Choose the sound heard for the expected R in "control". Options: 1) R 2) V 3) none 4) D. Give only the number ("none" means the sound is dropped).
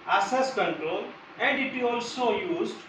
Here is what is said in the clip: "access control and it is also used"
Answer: 3